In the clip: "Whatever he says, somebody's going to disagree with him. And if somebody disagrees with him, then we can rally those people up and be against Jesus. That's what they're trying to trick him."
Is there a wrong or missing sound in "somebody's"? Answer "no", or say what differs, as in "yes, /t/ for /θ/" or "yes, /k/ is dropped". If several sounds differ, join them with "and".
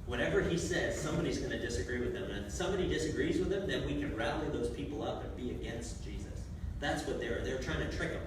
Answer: no